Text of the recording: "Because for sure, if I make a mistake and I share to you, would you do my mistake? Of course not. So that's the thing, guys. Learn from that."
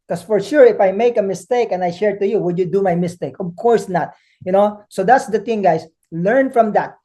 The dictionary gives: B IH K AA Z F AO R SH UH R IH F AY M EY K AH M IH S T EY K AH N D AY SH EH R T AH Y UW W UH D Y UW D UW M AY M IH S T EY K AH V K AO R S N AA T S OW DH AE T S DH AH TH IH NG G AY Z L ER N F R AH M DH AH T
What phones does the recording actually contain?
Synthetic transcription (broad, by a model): K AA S F AO R SH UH R IH F AY M EY K AH M IH S T EY K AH N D AY SH EH R T AH Y UW W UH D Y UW D UW M AY M IH S T EY K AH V K AO R S N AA T S OW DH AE T S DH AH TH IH NG G AY S L ER N F R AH M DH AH T